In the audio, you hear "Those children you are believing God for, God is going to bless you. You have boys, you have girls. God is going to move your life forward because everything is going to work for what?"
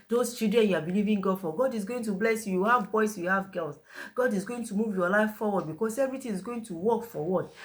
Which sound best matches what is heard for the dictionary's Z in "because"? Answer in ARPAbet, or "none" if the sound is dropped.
S